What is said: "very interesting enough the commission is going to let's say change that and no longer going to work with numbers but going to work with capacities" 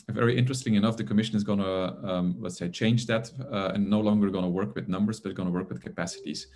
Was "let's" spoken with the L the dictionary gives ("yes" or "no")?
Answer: no